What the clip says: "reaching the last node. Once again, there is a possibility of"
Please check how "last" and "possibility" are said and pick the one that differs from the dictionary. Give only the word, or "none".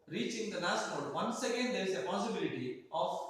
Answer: last